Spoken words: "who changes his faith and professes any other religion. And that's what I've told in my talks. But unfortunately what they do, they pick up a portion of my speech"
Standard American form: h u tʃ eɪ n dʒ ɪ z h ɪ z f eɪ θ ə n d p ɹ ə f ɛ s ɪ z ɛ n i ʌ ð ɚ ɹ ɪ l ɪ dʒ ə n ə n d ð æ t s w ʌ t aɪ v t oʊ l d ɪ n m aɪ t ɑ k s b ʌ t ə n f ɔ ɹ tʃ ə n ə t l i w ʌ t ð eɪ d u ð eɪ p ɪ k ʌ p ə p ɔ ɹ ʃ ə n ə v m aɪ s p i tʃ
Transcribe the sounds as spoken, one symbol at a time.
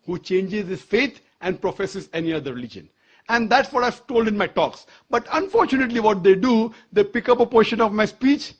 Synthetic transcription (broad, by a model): h u tʃ eɪ n dʒ ɪ z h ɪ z f eɪ t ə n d p ɹ ə f ɛ s ɪ z ɛ n i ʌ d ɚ ɹ ɪ l ɪ dʒ ə n ə n d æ t s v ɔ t aɪ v t oʊ l d ɪ n m aɪ t ɑ k s b ʌ t ə n f ɔ ɹ tʃ ə n ə t l i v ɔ t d eɪ d u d eɪ p ɪ k ʌ p ə p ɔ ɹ ʃ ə n ə v m aɪ s p i tʃ